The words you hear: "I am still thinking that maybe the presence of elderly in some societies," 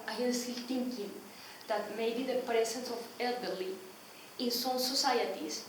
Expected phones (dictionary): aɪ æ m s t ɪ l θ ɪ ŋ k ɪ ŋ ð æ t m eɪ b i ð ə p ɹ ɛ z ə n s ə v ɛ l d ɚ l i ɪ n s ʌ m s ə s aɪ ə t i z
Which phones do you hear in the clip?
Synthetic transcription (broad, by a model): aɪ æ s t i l t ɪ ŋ k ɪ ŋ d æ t m eɪ b i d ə p ɹ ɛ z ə n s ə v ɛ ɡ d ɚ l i ɪ n s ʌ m s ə s aɪ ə t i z